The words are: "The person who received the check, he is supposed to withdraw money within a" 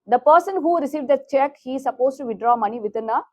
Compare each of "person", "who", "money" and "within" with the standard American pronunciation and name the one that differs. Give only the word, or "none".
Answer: within